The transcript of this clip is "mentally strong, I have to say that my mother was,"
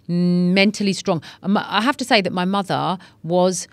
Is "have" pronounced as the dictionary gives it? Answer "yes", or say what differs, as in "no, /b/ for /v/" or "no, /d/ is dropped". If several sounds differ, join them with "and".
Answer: no, /f/ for /v/